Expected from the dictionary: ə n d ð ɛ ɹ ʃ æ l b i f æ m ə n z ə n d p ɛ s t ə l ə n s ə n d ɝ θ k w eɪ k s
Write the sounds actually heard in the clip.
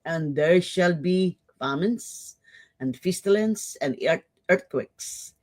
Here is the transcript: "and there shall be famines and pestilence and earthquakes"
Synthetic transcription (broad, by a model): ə n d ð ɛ ɹ ʃ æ l b i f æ m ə n s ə n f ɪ s t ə l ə n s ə n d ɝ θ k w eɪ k s